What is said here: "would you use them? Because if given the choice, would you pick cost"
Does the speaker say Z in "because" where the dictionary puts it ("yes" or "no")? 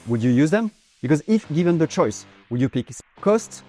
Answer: yes